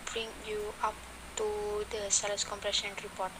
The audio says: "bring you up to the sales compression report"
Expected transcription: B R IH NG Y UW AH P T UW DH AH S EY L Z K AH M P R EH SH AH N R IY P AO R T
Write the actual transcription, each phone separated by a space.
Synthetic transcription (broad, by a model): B R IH NG Y UW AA P T UW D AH S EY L S K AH M P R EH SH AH N R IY P AO T